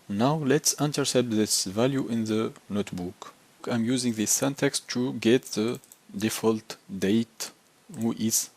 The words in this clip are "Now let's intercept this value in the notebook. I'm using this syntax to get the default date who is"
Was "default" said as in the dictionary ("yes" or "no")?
yes